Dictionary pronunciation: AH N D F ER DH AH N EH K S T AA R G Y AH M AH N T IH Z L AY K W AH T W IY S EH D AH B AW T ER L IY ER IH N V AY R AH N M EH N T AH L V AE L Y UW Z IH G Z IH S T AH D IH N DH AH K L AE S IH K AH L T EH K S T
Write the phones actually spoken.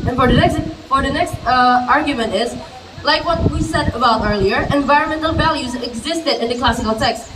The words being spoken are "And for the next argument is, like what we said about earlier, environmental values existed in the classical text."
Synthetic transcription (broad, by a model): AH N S F ER DH AH N EH K S T AA R G Y AH M AH N T IH Z L AY K W AH T W IY S EH D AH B AW T ER L IY ER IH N V AY R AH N M EH N T L V AE L Y UW Z IH G Z IH S T AH D IH N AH K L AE S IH K L T EH K S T